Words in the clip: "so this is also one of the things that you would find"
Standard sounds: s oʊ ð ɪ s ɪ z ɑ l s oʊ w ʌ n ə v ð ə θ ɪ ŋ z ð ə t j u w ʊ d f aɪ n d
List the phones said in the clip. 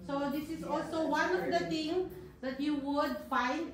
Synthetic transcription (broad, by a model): s oʊ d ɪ s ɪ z ɑ l s oʊ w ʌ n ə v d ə t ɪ ŋ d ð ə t j u w ʊ d f aɪ n d